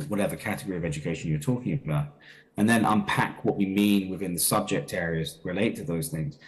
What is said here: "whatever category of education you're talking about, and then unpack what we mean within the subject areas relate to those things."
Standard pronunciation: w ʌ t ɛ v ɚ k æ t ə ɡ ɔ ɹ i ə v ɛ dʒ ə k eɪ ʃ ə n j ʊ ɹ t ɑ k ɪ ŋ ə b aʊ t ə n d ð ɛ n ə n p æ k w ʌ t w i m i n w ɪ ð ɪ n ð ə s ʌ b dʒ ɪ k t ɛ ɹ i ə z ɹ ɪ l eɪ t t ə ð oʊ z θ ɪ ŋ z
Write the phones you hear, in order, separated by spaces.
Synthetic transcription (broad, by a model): w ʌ t ɛ v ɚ k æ t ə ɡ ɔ ɹ i ə v ɛ dʒ ə k eɪ ʃ ə n j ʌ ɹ t ɑ k ɪ ŋ ə b aʊ t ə n ð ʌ n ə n p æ k w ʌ t w i m i n w ɪ ð ɪ n ð ə s ʌ b dʒ ɪ k t ɛ ɹ i ə z ɹ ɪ l eɪ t t ə ð oʊ z θ ɪ ŋ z